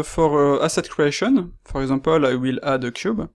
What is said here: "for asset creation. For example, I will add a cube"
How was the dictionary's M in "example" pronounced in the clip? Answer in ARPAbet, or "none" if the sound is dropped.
none